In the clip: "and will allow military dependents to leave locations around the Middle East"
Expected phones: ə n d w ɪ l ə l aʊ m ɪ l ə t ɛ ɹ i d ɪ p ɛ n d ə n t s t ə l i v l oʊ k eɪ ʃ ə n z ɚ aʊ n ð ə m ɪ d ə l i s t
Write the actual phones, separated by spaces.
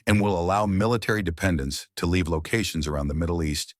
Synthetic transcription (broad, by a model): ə n w ɪ l ə l aʊ m ɪ l ə t ɛ ɹ i d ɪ p ɛ n d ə n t s t ə l i v l oʊ k eɪ ʃ n z ɚ aʊ n ð ə m ɪ d l i s t